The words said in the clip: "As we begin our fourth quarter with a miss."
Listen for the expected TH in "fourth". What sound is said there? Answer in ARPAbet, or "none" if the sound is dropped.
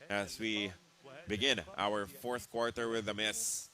TH